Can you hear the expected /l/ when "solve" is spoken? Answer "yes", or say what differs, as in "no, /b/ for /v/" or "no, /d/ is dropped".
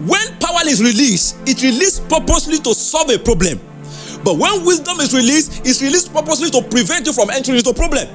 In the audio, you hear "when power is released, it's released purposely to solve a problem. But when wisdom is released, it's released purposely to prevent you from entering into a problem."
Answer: yes